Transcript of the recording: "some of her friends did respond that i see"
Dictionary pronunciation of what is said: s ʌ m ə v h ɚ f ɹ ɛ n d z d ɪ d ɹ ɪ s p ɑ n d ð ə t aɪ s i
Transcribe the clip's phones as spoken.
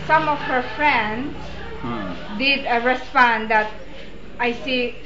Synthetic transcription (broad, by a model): s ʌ m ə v h ɚ f ɹ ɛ n d s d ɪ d ɹ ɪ s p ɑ n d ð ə t aɪ s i